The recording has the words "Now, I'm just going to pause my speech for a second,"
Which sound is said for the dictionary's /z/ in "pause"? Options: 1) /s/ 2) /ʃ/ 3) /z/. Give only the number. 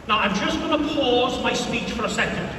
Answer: 3